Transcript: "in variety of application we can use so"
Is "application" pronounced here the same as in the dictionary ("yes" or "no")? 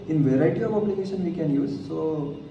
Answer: no